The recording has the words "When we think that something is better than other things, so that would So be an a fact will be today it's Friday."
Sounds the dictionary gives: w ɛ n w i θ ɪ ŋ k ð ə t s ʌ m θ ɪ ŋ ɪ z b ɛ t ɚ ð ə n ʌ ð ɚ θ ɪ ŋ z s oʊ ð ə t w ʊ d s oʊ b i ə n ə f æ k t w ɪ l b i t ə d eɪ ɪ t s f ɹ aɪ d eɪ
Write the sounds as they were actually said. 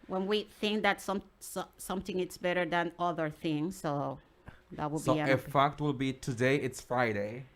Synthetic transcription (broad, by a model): w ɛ n w i θ ɪ ŋ k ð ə t s ʌ m θ ɪ ŋ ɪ s b ɛ t ɚ ð ə n ʌ ð ɚ θ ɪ ŋ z s oʊ ð ə t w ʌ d b i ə ə f æ k t w ɪ l b i t ə d eɪ ɪ t s f ɹ aɪ d eɪ